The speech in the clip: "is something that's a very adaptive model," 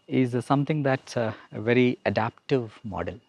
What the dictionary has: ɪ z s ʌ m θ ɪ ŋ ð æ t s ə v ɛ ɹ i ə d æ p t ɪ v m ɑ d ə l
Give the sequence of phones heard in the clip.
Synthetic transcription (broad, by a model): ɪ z s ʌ m t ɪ ŋ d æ t s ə v ɛ ɹ i ə d æ p t ɪ v m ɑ d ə l